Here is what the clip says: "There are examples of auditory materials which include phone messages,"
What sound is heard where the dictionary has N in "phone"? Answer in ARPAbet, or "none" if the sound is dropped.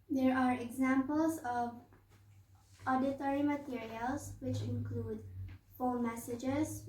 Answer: L